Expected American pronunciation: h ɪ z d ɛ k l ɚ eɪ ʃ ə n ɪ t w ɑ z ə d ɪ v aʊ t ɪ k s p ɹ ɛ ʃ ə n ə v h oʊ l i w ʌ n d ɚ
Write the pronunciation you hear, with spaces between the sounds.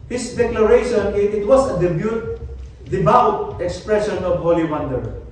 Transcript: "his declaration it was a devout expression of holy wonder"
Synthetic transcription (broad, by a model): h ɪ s d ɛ k l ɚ eɪ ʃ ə n ɪ t w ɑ s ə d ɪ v aʊ t ɪ k s p ɹ ɛ ʃ ə n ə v h oʊ l i w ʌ n d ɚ